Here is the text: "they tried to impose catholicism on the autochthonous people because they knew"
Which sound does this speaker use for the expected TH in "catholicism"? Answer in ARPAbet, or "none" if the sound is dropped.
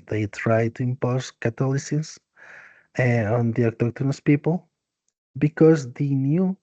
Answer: T